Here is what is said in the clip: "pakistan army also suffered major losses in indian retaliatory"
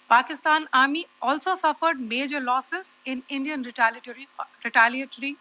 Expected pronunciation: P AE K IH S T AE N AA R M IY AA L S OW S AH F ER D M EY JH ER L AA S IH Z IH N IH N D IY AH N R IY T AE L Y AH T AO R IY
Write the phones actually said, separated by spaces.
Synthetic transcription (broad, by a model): P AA K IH S T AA N AA R M IY AA L S OW S AH F ER D M EY JH ER L AA S IH Z IH N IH N D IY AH N R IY T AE L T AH T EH R IY